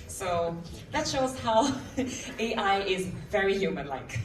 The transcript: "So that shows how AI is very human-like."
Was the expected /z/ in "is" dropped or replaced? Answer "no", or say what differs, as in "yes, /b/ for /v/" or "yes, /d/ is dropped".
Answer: no